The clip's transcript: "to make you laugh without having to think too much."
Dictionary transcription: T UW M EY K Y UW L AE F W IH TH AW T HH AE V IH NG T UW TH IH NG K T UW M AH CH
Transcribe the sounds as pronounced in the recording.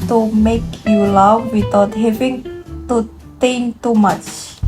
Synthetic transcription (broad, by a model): T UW M EY K Y UW L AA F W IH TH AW T HH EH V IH NG T UW T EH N T UW M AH CH